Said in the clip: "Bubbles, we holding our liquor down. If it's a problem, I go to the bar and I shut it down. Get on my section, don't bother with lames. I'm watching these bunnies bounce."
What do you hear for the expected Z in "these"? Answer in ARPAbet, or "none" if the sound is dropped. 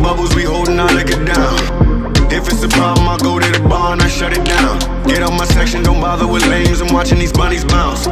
Z